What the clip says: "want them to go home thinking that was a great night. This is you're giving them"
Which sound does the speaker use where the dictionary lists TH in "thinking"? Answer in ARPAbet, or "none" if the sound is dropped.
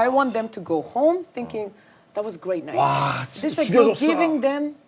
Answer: TH